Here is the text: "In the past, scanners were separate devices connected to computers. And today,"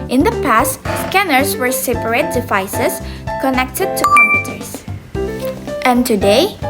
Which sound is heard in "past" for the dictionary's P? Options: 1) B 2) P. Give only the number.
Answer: 2